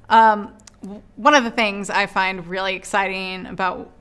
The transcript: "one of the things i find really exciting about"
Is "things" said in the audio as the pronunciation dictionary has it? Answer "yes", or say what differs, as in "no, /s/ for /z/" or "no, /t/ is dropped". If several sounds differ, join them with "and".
yes